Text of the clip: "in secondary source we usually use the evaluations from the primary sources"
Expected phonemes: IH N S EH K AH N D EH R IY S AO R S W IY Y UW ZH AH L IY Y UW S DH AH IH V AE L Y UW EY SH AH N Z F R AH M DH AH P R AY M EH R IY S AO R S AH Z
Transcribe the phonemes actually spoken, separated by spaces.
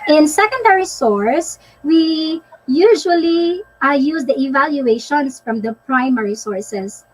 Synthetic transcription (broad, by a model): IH N S EH K AH N D EH R IY S AO R S W IY Y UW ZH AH L IY Y UW S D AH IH V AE L Y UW EY SH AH N S F R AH M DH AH P R AY M EH R IY S AO R S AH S